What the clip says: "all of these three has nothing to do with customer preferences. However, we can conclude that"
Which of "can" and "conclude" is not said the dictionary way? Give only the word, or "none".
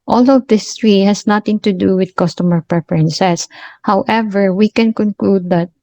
none